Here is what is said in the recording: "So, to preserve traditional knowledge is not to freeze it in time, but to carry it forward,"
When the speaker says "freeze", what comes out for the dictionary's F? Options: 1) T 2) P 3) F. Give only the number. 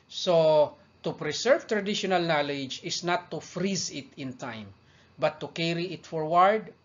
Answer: 3